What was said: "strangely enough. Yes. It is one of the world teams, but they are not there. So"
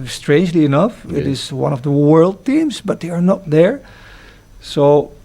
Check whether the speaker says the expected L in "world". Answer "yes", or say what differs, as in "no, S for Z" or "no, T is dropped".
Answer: yes